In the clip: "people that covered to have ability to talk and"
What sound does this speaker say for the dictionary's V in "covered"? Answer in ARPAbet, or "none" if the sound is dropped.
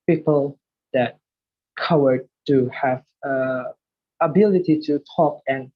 W